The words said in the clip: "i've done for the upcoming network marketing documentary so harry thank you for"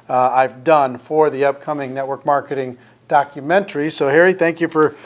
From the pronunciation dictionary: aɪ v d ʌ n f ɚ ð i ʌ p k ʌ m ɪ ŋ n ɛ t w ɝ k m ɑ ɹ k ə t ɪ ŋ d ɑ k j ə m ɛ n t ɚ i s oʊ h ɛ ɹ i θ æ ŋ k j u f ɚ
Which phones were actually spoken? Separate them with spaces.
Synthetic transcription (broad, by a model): aɪ v d ʌ n f ɚ ð i ʌ p k ʌ m ɪ ŋ n ɛ t w ɝ k m ɑ ɹ k ə t ɪ ŋ d ɑ k j ə m ɛ n t ɚ i s oʊ h ɛ ɹ i θ æ ŋ k j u f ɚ